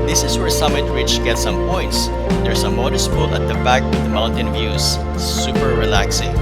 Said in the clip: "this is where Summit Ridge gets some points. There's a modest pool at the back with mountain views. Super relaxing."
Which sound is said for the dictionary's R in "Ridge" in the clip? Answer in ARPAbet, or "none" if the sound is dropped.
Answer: W